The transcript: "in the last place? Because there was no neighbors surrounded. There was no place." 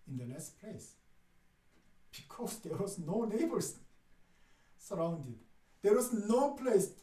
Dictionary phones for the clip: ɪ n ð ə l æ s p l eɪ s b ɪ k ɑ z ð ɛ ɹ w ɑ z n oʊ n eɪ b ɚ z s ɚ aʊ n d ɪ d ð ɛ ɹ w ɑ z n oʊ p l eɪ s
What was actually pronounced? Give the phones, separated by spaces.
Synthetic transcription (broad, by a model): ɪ n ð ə n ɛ s p l eɪ s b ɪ k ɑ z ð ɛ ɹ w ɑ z n oʊ n eɪ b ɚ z s ɚ aʊ n d ɪ d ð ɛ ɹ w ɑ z n oʊ p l eɪ s